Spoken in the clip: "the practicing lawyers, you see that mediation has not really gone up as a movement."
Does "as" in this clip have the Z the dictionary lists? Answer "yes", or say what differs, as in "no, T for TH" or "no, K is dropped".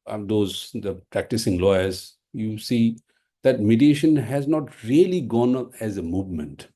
yes